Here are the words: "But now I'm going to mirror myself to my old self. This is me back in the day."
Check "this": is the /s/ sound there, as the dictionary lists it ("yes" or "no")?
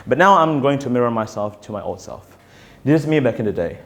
no